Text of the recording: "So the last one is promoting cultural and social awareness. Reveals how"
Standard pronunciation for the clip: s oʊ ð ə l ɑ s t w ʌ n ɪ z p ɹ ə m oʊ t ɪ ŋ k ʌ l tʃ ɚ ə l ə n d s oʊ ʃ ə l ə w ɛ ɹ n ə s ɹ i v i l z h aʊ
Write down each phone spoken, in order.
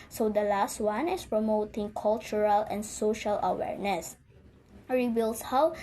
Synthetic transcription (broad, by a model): s oʊ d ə l ɑ s t w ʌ n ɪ s p ɹ ə m oʊ t ɪ ŋ k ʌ l tʃ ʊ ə l ə n d s oʊ ʃ ə l ə w ɛ ɹ n ə s ɹ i b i l s h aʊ